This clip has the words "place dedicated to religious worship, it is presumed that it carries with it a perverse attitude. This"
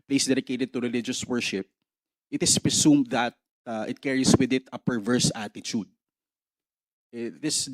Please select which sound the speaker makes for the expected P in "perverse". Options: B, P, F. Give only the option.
P